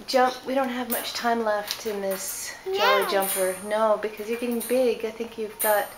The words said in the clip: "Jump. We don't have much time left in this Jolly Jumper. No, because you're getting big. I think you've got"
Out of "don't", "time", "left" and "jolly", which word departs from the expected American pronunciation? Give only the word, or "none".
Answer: jolly